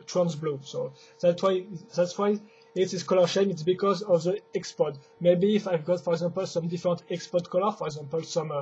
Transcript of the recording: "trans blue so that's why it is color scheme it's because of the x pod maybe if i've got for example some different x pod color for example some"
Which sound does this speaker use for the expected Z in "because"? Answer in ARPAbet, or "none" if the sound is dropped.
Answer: Z